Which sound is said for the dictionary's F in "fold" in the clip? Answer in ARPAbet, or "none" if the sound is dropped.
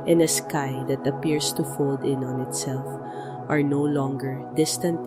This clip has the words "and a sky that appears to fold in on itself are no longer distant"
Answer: F